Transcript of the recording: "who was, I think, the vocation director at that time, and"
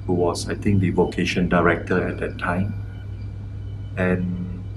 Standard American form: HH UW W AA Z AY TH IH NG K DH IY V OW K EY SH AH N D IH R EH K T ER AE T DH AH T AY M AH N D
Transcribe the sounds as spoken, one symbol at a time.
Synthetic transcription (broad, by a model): HH UW W AA S AY T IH NG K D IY V OW K EY SH AH N D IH R EH K T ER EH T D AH T AY M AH N